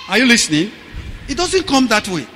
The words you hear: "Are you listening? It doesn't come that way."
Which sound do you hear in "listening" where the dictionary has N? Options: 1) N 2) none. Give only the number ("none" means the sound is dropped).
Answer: 1